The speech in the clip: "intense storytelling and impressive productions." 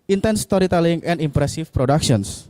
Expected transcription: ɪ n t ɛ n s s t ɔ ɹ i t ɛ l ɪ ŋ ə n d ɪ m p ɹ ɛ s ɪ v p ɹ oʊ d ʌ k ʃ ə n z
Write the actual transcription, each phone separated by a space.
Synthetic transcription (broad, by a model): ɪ n t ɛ n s s t ɔ ɹ i t ɛ l ɪ ŋ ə n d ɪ m p ɹ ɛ s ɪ f p ɹ oʊ d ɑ k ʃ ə n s